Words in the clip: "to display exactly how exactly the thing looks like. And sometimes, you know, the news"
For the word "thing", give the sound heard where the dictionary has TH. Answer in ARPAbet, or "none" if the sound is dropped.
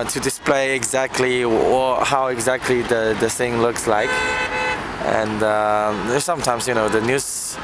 S